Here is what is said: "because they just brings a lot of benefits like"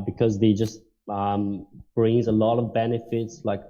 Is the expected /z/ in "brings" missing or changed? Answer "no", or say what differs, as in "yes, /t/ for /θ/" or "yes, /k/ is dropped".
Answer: no